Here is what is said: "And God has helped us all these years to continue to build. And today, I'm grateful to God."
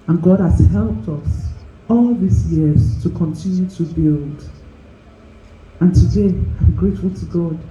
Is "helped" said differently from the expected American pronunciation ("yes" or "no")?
no